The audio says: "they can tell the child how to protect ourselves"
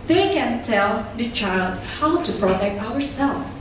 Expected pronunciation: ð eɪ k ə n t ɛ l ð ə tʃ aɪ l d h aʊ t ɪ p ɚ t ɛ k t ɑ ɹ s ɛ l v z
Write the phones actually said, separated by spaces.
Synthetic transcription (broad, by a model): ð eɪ k ə n t ɛ l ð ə tʃ aɪ l d h aʊ t ɪ f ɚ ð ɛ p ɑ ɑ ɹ s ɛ l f